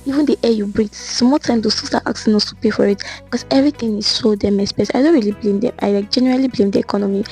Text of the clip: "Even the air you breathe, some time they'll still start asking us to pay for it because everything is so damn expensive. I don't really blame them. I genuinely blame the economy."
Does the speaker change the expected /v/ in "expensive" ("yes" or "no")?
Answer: yes